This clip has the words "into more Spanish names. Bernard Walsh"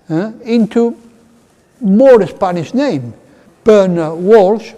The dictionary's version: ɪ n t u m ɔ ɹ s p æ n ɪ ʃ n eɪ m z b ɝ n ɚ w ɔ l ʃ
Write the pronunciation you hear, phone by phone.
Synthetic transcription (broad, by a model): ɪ n t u m ɔ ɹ s p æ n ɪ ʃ n eɪ m b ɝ n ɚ w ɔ l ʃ